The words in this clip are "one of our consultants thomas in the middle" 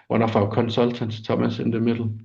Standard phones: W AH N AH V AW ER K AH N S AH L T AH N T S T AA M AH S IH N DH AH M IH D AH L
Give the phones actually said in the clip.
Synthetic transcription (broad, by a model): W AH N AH F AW K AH N S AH L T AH N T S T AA M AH S IH N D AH M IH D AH L